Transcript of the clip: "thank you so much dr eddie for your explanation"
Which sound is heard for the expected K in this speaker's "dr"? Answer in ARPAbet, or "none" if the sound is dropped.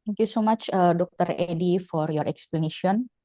K